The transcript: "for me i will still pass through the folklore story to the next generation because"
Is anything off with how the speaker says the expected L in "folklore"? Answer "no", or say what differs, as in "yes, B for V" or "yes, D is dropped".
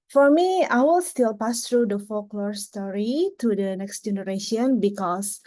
no